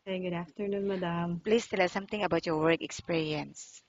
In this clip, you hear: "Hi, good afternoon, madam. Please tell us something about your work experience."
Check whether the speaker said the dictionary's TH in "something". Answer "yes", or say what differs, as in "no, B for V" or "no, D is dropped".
no, T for TH